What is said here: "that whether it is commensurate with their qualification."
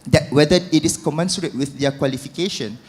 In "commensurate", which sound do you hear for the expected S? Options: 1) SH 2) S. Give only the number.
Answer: 2